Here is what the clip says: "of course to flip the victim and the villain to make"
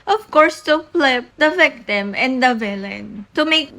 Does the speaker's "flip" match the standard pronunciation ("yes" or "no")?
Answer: no